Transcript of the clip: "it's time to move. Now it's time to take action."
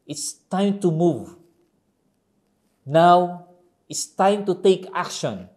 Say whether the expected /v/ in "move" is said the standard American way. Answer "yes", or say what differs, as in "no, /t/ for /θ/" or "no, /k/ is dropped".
yes